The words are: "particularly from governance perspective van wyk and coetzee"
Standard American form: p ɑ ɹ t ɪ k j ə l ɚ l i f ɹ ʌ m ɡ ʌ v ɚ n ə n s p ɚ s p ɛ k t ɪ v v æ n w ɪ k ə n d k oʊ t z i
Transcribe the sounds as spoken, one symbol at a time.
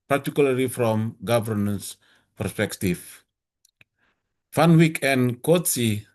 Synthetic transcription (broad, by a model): p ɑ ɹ t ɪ k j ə l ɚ l i f ɹ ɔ m ɡ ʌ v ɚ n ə n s p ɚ s p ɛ k t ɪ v f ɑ n w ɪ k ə n k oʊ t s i